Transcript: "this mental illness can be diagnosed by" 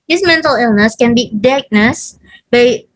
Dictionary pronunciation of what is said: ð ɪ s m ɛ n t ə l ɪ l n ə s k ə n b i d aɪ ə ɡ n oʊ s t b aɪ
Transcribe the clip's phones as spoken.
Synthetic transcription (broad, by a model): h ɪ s m ɛ n t ə l ɪ l n ə s k ə n b i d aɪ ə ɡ n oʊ s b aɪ